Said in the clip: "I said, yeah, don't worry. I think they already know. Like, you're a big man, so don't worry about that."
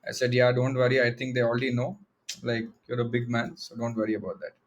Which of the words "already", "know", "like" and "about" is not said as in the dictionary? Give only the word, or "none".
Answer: already